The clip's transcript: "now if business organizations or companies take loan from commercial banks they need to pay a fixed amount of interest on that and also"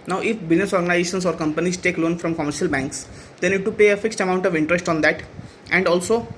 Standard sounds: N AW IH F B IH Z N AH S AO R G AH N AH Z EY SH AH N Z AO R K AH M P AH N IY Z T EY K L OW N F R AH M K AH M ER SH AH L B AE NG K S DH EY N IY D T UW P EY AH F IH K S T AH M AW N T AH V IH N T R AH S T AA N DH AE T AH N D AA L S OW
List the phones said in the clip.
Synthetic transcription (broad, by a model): N AW IH F B IH Z N AH S AO R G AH N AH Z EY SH AH N S AO R K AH M P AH N IY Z T EY K L OW N F R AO M K AH M ER SH AH L B AE NG K S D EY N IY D T UW P EY AH F IH K S T AH M AW N T AH V IH N T R AH S T AA N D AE T AH N D AA L S OW